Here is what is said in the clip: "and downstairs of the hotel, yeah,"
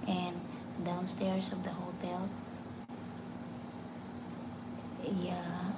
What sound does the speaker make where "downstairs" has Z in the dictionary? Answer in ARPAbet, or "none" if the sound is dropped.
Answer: S